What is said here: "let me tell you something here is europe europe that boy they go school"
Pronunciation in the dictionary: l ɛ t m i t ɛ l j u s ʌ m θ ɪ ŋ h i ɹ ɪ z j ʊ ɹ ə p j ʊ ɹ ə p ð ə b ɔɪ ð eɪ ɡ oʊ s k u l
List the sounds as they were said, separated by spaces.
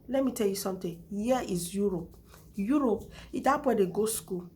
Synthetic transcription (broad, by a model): l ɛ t m i t ɛ l j u s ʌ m t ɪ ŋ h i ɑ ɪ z j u ɹ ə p j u ɹ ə p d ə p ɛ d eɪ ɡ oʊ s k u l